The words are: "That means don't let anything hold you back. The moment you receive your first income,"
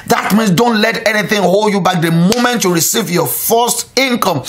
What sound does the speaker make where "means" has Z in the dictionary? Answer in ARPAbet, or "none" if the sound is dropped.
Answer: S